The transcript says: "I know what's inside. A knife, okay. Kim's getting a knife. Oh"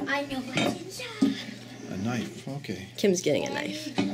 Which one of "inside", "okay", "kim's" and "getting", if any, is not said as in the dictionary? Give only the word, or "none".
inside